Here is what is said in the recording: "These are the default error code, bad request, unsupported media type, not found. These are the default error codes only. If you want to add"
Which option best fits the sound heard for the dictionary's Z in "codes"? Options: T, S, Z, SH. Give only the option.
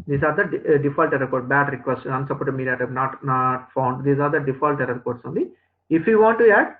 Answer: S